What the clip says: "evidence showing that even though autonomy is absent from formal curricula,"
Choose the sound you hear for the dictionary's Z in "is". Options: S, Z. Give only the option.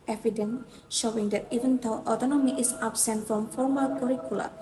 S